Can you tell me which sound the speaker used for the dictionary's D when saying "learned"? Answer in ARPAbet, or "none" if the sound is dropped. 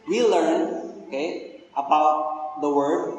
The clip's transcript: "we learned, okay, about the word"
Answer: none